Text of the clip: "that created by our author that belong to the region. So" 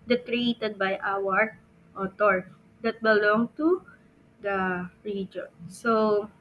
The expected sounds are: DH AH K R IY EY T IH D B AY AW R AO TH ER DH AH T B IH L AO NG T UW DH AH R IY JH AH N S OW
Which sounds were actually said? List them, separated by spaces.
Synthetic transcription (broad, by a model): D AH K R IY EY T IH D B AY AW R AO T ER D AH T B IH L AO NG T UW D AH R IY JH AH N S OW